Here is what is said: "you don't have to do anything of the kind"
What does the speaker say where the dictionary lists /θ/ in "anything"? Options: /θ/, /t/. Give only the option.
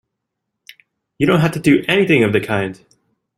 /θ/